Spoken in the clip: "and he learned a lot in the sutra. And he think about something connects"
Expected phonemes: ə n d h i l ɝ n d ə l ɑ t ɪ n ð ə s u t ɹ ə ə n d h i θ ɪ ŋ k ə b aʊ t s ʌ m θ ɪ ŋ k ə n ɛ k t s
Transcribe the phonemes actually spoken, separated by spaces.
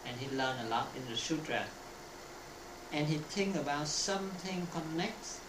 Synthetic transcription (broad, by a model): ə n h i l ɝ n ə l ɑ t ɪ n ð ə ʃ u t ɹ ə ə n h i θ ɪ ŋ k ə b aʊ t s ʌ m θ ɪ ŋ k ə n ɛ k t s